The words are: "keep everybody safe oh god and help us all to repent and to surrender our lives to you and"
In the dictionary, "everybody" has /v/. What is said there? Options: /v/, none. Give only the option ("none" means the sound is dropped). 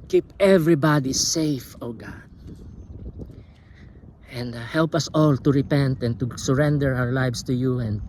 /v/